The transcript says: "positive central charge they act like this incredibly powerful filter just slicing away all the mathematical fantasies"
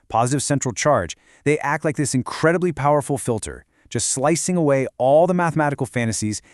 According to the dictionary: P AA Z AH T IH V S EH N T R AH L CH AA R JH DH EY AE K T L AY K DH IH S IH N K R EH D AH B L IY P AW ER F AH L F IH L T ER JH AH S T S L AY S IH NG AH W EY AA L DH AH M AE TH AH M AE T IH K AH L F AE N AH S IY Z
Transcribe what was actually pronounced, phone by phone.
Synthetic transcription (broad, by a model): P AA Z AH T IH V S EH N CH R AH L CH AA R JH DH EY AE K T L AY K DH IH S IH N K R EH D AH B L IY P AW ER F L F IH L T ER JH AH S T S L AY S IH NG AH W EY AA L DH AH M AE TH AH M AE T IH K L F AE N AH S IY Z